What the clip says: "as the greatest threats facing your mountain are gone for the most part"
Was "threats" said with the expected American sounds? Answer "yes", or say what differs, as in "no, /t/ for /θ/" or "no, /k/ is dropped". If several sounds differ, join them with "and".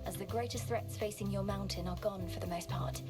yes